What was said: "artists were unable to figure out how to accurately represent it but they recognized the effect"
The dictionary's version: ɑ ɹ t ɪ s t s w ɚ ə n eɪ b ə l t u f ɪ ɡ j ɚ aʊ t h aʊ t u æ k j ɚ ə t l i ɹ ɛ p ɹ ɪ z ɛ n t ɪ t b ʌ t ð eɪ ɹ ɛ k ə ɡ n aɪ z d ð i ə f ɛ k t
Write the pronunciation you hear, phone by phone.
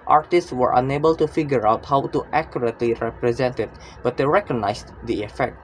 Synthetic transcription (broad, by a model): ɑ ɹ t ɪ s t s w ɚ ə n eɪ b ə l t u f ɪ ɡ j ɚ aʊ t h aʊ t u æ k j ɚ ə t l i ɹ ɛ p ɹ ɪ z ɛ n t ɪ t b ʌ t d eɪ ɹ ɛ k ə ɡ n aɪ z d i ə f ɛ k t